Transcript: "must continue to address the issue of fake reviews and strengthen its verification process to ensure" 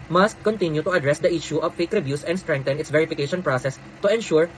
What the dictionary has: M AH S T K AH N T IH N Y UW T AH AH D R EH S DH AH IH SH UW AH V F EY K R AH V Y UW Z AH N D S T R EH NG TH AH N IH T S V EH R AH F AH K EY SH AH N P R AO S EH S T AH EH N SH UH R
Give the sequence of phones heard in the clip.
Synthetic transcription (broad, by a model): M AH S K AH N T IH N Y UW T AH AH D R EH S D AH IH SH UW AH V F EY K R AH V Y UW S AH N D S T R EH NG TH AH N IH T S V EH R AH F AH K EY SH AH N P R AO S EH S T AH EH N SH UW R